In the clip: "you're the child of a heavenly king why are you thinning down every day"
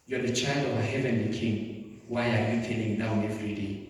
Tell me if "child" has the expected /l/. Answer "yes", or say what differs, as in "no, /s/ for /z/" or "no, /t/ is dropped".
yes